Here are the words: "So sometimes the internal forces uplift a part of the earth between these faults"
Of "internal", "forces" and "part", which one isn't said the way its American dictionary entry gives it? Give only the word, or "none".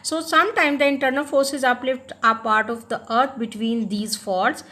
none